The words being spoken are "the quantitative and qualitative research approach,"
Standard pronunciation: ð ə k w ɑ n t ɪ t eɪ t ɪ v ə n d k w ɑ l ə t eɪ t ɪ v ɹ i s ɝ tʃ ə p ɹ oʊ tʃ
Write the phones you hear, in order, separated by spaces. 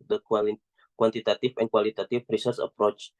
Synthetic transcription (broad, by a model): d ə k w ɑ n t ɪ t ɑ t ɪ f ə n k w ɑ l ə t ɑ t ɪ f ɹ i s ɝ s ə p ɹ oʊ tʃ